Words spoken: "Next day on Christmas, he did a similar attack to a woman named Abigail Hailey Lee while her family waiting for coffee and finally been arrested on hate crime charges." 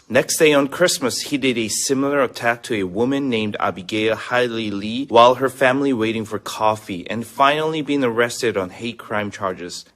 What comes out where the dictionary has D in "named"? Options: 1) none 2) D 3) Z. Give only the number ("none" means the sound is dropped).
2